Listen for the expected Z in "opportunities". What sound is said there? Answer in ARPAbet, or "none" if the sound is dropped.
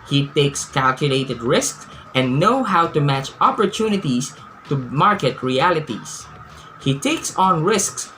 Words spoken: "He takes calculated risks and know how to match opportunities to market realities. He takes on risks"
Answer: S